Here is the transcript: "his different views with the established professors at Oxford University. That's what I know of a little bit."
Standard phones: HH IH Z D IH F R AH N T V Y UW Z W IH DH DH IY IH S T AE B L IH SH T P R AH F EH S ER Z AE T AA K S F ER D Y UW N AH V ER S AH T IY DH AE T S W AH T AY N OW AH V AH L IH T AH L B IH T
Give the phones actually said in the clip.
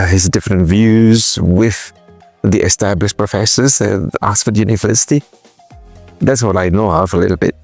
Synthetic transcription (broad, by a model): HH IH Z D IH F R AH N T V Y UW Z W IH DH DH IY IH S T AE B L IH SH P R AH F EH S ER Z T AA S F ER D Y UW N AH V ER S AH T IY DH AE T S W AH T AY N OW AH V AH L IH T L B IH T